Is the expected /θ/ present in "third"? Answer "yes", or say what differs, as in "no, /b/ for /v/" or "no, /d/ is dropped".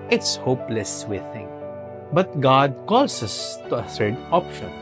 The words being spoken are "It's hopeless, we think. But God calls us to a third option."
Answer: no, /s/ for /θ/